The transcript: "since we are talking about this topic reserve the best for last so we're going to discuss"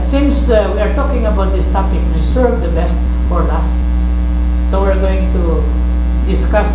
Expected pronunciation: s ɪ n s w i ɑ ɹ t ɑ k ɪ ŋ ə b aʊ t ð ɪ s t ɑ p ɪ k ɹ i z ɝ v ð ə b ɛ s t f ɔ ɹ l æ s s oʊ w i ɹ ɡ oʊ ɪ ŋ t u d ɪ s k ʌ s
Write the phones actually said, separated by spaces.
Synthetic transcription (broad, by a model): s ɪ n s w i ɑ ɹ t ɑ k ɪ ŋ ə b aʊ t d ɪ s t ɑ p ɪ k w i s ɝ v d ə b ɛ s t f ɔ ɹ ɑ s s oʊ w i ɹ ɡ oʊ ɪ ŋ t u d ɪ s k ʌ s